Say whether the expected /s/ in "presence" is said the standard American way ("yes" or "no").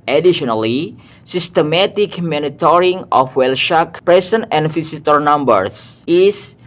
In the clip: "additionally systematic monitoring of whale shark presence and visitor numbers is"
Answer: no